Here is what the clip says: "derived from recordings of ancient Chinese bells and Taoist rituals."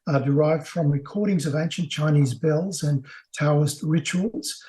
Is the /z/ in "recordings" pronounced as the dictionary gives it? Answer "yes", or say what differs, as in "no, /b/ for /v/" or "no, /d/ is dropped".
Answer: yes